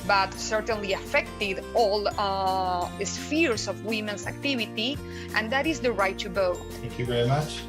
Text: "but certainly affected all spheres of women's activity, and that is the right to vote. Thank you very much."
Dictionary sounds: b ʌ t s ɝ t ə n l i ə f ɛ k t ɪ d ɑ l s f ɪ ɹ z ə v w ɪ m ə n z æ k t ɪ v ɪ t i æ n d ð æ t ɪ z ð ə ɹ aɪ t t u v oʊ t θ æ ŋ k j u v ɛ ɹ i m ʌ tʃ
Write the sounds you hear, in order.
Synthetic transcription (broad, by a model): b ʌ t s ɝ t ə n l i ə f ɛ k t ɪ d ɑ l s f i ɹ s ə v w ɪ m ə n s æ k t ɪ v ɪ t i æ n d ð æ t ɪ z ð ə ɹ aɪ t t u b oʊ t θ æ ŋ k j u v ɛ ɹ i m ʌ tʃ